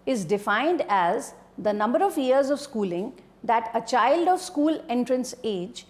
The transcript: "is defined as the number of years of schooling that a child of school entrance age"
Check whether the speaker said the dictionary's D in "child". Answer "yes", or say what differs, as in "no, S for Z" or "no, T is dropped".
yes